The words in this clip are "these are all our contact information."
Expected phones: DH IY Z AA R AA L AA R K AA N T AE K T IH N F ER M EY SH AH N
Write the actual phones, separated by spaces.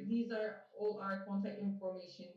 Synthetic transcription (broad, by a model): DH IY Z AA R AA L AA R K AA N T AE K T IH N F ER M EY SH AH N